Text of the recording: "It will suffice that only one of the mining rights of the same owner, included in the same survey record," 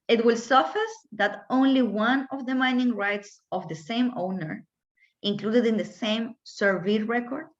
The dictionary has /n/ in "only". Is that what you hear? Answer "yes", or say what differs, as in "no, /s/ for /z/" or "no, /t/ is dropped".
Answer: yes